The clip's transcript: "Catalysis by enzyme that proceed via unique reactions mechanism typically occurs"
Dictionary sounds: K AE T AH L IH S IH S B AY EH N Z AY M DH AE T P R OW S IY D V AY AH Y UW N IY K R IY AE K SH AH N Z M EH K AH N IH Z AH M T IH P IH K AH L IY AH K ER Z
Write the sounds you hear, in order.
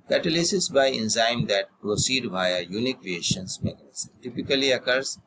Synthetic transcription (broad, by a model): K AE T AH L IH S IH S B AY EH N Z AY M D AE T P R OW S IY D V AY AH Y UW N IY K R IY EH SH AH N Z M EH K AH N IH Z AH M T IH P IH K AH L IY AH K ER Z